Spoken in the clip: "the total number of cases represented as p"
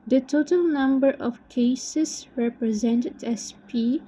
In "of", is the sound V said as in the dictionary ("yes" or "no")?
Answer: no